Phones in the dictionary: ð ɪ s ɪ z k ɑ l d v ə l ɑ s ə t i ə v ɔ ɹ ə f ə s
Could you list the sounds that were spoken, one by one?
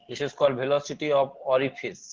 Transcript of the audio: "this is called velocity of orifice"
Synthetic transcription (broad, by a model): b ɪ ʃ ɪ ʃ k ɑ d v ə l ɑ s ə t i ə b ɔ ɹ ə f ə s